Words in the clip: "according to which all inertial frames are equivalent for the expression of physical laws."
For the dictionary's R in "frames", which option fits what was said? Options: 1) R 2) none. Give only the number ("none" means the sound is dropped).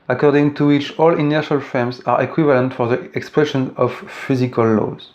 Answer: 2